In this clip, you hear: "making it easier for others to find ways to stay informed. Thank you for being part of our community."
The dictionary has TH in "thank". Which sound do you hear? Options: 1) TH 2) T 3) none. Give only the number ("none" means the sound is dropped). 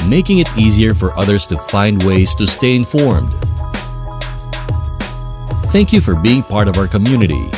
1